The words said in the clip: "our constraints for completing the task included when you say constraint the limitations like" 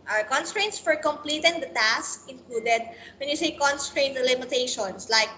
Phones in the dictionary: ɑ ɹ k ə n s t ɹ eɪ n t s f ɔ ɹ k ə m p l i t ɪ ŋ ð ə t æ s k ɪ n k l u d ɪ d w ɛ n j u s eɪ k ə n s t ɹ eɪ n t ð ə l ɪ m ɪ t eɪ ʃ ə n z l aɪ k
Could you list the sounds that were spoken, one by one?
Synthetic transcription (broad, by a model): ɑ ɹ k ə n s t ɹ eɪ n t s f ɔ ɹ k ə m p l i t ɪ ŋ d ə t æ s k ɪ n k l u d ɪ d w ɛ n j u s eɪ k ə n s t ɹ eɪ n t l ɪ m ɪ t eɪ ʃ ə n s l aɪ k